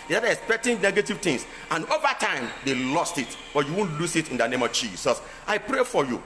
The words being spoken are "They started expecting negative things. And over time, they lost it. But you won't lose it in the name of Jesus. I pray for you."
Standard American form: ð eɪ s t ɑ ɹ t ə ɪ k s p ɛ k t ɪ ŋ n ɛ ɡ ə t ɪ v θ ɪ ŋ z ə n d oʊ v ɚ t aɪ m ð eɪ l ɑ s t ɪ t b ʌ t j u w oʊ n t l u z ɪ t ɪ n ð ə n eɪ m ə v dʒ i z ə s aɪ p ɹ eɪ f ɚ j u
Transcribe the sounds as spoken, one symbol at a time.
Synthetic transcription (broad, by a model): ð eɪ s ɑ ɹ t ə k s p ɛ k t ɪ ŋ n ɛ ɡ ə t ɪ v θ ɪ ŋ s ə n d oʊ v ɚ t aɪ m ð eɪ l ɑ s t ɪ t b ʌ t j u w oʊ n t l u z ɪ t ɪ n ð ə n eɪ m ə v dʒ i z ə s aɪ p ɹ eɪ f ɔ j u